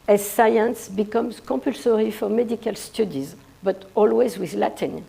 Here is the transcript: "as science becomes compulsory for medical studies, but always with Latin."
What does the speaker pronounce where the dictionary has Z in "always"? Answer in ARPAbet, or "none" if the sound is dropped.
Z